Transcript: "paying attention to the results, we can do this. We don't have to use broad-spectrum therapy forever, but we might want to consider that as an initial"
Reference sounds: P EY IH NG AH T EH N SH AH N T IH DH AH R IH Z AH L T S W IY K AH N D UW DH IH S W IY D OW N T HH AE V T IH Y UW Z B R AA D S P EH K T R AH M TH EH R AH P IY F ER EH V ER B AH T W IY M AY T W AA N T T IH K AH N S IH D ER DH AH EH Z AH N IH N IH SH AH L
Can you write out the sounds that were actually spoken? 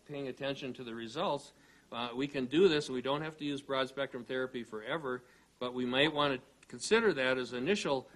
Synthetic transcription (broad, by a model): P EY IH NG AH T EH N SH AH N T IH DH AH R IH Z AH L T S W IY K AH N D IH DH IH S W IY D OW N T HH AE F T IH Y UW Z B R AA D S P EH K T R AH M TH EH R AH P IY F ER EH V ER B AH T W IY M AY T W AA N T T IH K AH N S IH D ER DH AH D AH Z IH N IH SH L